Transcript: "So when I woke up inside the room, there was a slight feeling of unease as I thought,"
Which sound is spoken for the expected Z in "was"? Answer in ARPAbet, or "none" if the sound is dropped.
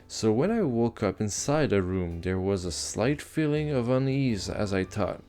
Z